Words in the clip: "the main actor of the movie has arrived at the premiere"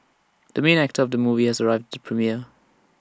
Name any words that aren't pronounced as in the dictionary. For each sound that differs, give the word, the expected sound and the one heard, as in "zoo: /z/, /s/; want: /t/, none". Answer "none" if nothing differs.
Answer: none